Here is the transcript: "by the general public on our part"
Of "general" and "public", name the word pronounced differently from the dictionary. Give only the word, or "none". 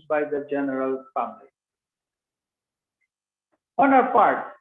public